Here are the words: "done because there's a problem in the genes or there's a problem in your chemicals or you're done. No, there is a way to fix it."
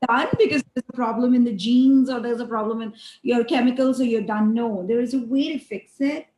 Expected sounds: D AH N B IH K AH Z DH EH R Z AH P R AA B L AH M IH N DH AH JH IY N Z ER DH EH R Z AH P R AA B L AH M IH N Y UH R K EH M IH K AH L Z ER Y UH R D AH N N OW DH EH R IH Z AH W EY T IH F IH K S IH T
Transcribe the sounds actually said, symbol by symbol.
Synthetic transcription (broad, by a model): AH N B IH K AH Z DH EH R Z AH P R AA B L AH M IH N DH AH JH IY N Z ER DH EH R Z AH P R AA B L AH M IH N Y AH R K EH M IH K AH L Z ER Y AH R D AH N N OW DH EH R IH Z AH W EY T IH F IH K S IH T